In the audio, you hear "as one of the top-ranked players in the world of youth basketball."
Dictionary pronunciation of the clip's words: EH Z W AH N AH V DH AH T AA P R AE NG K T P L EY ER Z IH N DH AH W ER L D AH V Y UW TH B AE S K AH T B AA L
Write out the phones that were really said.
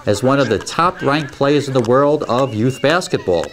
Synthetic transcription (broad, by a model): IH Z W AH N AH V DH AH T AA P R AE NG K P L EY ER Z IH N DH AH W ER L D AH V Y UW TH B AE S K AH T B AA L